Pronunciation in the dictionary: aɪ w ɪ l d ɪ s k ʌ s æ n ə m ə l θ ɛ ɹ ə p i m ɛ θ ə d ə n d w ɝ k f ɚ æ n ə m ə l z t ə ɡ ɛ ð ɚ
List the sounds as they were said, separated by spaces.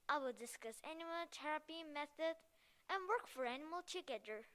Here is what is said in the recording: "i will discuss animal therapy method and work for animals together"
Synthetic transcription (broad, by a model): aɪ w ɪ l d ɪ s k ʌ s æ n ə m ə l t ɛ ɹ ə p i m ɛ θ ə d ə n w ɝ k f ɚ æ n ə m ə l t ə ɡ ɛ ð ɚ